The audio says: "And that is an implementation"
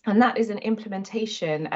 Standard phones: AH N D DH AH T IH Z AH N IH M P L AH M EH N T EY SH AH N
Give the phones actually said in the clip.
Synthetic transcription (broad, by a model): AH N DH AH T IH Z AH N IH M P L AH M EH N T EY SH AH N